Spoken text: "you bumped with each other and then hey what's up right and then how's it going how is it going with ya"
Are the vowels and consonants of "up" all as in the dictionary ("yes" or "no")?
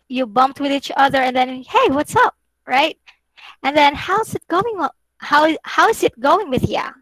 yes